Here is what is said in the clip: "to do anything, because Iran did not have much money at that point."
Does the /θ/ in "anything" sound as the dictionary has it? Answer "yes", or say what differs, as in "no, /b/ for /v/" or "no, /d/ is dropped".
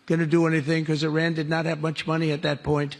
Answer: yes